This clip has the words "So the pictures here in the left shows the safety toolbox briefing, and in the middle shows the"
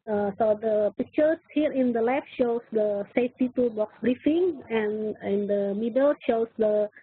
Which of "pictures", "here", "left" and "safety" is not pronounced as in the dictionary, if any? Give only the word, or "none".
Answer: pictures